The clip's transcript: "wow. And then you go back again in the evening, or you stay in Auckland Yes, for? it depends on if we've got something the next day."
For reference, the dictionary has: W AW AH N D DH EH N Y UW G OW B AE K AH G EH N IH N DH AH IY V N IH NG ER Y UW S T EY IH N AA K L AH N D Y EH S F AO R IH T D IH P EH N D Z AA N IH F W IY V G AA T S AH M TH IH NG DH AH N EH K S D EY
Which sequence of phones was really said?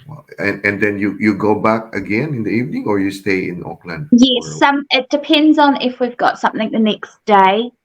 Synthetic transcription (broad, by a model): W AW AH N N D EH N Y UW G OW B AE K AH G EH N IH N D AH IY V N IH NG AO Y UW S T EY IH N AA K L AH N D Y EH S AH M IH T D IH P EH N D Z N IH F W IY V G AA T S AH M TH IH NG DH AH N EH K S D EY